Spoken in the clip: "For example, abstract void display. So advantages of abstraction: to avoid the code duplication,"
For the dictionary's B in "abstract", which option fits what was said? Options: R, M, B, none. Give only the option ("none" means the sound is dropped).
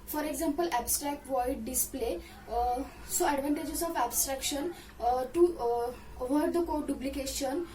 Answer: B